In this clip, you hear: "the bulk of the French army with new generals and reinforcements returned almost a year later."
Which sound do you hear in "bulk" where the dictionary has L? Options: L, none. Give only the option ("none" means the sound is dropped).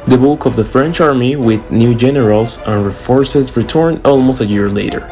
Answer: none